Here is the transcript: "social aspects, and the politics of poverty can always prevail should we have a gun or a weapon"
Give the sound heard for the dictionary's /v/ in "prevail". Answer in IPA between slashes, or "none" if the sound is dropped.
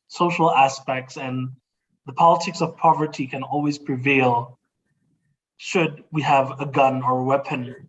/v/